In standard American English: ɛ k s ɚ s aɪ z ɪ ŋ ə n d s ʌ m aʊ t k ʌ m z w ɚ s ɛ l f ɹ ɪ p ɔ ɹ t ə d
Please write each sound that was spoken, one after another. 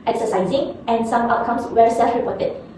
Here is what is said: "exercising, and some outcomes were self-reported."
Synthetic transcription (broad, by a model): ɛ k s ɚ s aɪ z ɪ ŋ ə n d s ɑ m aʊ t k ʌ m s w ɚ s ɛ l f ɹ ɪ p ɔ t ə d